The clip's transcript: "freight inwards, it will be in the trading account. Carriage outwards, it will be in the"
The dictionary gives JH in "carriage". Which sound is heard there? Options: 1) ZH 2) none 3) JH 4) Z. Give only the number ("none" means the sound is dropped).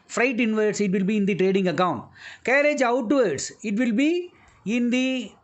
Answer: 3